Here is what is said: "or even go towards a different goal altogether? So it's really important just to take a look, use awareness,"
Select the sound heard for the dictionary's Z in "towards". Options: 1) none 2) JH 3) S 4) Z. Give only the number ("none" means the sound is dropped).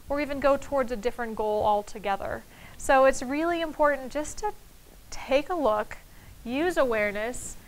4